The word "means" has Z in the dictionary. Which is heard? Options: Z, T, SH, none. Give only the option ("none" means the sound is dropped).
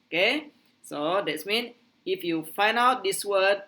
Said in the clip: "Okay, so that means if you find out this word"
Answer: none